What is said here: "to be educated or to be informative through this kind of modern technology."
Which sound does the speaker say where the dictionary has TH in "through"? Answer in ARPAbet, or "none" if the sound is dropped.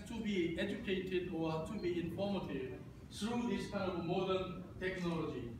T